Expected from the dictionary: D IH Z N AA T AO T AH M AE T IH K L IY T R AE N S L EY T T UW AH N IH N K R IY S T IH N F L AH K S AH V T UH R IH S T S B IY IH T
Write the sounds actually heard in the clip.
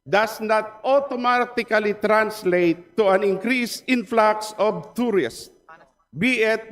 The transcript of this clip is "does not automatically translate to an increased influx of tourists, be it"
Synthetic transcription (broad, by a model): D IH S N AA T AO T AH M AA T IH K L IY T R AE N S L EY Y T UW AH N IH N K R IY S IH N F L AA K S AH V T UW R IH S T B IY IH T